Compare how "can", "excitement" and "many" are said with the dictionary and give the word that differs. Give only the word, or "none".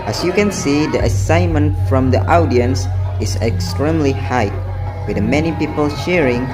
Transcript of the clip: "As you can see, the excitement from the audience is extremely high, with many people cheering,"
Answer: excitement